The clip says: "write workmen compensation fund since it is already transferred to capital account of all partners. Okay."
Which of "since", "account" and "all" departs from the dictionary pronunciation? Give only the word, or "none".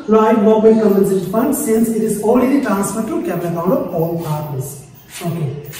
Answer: account